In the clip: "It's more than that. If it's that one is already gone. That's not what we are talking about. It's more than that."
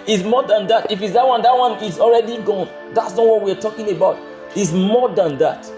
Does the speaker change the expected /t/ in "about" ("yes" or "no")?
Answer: no